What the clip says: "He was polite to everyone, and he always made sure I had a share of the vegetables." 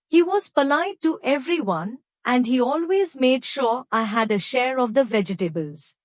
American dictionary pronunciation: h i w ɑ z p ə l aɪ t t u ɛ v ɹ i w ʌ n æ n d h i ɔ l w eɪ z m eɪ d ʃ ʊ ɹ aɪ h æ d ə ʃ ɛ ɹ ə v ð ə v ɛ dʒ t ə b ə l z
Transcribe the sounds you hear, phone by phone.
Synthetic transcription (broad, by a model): h i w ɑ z p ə l aɪ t t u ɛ v ɹ i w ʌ n æ n d h i ɔ l w eɪ z m eɪ d ʃ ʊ ɹ aɪ h æ d ə ʃ ɛ ɹ ə v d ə v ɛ dʒ t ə b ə l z